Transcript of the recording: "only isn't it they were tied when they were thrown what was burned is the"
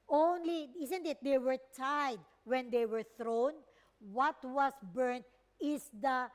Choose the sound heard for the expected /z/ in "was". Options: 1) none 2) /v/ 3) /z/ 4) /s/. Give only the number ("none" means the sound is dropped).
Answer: 4